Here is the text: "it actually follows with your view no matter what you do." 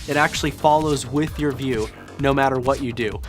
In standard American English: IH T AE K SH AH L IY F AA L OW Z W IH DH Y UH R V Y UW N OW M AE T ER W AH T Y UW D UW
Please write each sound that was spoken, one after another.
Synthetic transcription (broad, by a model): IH T AE K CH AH L IY F AA L OW Z W IH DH Y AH R V Y UW N OW M AE T ER W AH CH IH D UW